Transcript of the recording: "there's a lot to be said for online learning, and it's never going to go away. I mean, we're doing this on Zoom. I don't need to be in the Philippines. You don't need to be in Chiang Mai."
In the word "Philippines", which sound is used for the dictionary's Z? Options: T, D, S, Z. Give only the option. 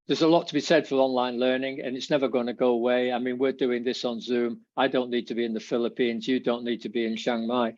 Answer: Z